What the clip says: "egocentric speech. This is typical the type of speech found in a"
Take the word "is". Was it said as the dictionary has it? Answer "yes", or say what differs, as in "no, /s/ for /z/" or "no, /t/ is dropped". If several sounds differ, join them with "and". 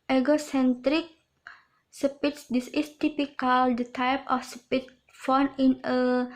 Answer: no, /s/ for /z/